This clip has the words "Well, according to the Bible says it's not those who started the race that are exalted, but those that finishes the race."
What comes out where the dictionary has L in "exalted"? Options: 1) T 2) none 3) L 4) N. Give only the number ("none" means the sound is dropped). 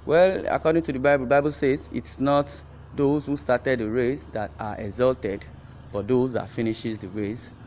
3